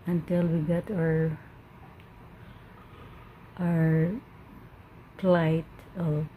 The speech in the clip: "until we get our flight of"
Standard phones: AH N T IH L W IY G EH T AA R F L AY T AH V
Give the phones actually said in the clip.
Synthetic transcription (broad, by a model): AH N T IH L W IY G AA T AA R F L AY T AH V